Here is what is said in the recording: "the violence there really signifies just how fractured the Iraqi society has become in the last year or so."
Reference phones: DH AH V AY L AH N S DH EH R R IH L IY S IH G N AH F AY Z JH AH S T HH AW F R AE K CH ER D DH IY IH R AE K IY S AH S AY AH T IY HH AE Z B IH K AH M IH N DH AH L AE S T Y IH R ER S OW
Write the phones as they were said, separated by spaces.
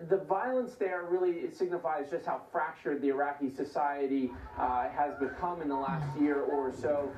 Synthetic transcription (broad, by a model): DH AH V AY L AH N S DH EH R R IH L IY S IH G N AH F AY Z JH AH S T HH AW F R AE K CH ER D DH IY IH R AE K IY S AH S AY AH T IY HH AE Z B IH K AH M IH N DH AH L AE S T Y IH R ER S OW